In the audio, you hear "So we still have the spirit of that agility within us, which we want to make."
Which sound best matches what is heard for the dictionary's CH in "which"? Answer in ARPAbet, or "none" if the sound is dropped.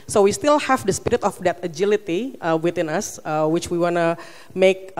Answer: CH